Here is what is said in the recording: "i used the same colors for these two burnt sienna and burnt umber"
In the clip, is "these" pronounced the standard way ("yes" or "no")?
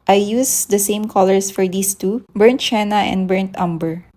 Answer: no